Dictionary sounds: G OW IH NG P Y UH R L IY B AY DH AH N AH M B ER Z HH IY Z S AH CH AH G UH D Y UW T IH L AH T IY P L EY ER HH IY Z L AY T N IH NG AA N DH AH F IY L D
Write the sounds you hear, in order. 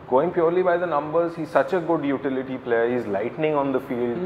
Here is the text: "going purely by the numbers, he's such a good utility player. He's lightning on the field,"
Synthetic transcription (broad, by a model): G OW IH NG P Y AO R L IY B AY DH AH N AH M B ER Z HH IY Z S AH CH AH G UH D Y UW T IH L AH T IY P L EY ER HH IY Z L AY T N IH NG AA N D AH F IY L D